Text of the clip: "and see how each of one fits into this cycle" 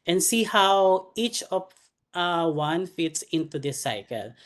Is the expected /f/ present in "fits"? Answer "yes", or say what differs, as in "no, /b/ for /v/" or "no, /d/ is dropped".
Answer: yes